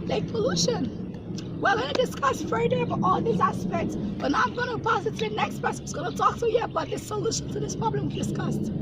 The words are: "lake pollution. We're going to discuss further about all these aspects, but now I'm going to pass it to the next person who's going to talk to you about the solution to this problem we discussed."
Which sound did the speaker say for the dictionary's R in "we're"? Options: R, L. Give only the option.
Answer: L